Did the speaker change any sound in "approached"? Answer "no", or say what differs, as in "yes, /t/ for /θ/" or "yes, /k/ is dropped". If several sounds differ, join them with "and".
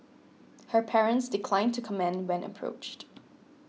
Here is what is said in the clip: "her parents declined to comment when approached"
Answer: no